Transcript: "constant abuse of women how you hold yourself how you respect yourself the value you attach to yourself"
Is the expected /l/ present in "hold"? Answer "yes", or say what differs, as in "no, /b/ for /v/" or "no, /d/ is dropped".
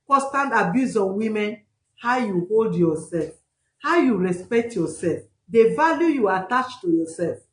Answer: yes